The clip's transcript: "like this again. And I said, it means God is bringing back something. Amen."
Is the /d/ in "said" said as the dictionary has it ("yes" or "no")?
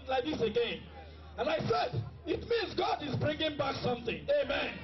yes